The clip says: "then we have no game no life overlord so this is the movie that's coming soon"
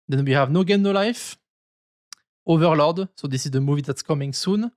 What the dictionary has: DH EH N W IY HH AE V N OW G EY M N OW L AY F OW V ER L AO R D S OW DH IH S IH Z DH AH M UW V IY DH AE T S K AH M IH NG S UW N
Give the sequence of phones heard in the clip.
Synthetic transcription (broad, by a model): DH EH N W IY HH AE V N OW G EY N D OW L AY F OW V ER L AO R D S OW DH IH S IH Z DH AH M UW V IY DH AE T S K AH M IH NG S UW N